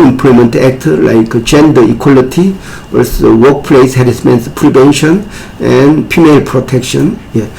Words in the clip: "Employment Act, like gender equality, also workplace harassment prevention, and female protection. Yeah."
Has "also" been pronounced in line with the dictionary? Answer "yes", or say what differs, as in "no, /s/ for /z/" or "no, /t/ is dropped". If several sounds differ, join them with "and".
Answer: no, /l/ is dropped